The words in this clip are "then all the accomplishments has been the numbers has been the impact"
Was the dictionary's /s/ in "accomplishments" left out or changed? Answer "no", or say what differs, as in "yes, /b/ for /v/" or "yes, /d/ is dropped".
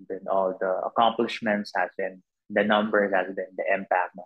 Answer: no